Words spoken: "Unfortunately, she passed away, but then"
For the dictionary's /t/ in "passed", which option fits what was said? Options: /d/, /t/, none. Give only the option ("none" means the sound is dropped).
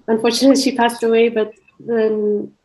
/t/